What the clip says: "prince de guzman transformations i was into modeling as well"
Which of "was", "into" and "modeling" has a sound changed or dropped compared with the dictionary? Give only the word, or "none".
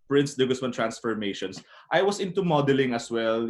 was